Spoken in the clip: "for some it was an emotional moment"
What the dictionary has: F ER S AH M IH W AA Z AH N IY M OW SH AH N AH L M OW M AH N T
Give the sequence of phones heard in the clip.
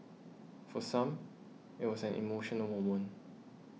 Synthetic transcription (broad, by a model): F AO S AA M IH W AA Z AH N IY M OW SH AH N AH L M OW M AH N